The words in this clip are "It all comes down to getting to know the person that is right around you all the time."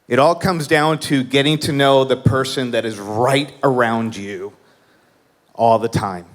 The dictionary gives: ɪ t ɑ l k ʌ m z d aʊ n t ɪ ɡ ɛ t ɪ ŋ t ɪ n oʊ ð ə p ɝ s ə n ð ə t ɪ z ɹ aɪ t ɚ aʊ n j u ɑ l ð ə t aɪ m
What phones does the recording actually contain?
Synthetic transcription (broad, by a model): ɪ t ɑ l k ʌ m z d aʊ n t ɪ ɡ ɛ t ɪ ŋ t ɪ n oʊ ð ə p ɝ s ə n ð ə t ɪ z ɹ aɪ t ɚ aʊ n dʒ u ɑ l ð ə t aɪ m